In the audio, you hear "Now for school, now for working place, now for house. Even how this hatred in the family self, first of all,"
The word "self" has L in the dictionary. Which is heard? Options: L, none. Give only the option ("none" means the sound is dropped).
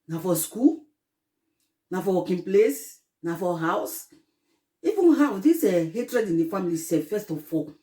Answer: none